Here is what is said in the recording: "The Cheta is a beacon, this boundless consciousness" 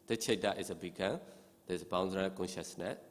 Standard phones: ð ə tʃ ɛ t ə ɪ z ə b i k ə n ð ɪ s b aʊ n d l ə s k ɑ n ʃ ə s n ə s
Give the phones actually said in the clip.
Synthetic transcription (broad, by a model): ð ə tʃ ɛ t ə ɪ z ə b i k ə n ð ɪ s b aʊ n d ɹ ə k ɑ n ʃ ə s n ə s